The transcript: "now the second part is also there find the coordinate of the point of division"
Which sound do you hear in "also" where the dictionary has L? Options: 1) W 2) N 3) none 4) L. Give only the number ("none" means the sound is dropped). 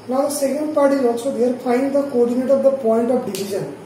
3